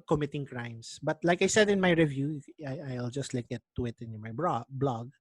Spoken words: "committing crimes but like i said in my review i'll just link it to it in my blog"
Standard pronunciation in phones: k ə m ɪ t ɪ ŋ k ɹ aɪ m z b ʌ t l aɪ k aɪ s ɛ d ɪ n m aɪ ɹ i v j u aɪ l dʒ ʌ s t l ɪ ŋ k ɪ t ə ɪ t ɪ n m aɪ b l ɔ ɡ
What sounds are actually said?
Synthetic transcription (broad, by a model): k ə m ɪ t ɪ ŋ k ɹ aɪ m s b ʌ t l aɪ k aɪ s ɛ d ɪ n m aɪ ɹ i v j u aɪ l dʒ ʌ s t l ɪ k ɪ t ə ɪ t ɪ n m aɪ b l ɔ ɡ